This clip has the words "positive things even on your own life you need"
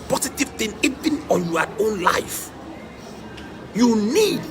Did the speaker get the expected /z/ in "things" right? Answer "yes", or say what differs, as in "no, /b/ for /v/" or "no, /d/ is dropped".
no, /z/ is dropped